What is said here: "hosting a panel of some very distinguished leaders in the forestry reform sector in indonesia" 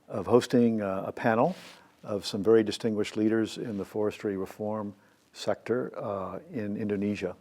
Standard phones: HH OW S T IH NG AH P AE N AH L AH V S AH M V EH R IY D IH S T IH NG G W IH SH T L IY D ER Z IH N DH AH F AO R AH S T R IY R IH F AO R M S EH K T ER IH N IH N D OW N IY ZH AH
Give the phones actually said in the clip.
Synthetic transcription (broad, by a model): HH OW S T IH NG AH P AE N L AH V S AH M V EH R IY D IH S T IH NG G W IH SH T L IY D ER Z IH N DH AH F AO R AH S T R IY R IH F AO R M S EH K T ER IH N IH N D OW N IY ZH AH